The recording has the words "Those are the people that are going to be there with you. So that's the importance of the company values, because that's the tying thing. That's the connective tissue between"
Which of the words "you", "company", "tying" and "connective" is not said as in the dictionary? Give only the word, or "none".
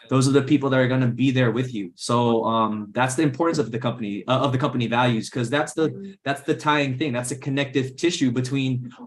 none